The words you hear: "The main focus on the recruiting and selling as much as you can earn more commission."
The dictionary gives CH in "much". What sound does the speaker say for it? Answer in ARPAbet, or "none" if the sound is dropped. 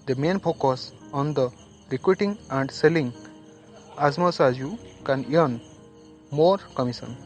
S